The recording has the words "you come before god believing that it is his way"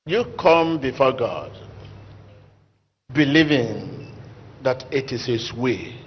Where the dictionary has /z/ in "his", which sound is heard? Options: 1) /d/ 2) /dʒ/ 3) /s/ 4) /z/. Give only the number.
3